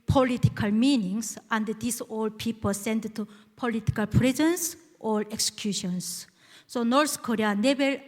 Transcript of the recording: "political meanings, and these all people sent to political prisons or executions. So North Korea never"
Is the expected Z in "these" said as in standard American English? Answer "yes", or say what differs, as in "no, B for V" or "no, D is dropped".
no, S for Z